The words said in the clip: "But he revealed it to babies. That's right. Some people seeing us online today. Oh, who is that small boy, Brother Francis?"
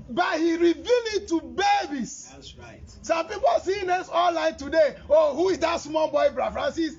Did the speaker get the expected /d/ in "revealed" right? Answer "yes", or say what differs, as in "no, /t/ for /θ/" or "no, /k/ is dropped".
no, /d/ is dropped